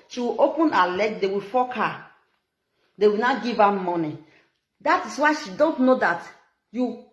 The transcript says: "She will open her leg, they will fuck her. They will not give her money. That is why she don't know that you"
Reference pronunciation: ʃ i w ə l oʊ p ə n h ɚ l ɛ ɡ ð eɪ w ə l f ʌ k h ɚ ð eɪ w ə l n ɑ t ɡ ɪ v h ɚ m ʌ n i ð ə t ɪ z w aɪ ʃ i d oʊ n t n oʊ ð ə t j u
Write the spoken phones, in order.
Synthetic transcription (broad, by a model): ʃ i w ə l oʊ p ə n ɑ l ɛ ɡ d eɪ w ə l f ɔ k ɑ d eɪ w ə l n ɑ ɡ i v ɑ m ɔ n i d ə t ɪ s w aɪ ʃ i d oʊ n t n oʊ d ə t j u